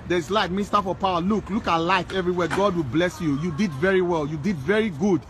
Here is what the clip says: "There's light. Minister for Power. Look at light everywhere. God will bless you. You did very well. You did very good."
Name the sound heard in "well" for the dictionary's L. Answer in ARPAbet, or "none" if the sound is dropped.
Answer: L